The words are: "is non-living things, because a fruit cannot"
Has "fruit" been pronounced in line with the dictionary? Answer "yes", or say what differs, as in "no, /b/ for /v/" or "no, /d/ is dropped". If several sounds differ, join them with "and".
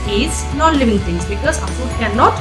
no, /ɹ/ is dropped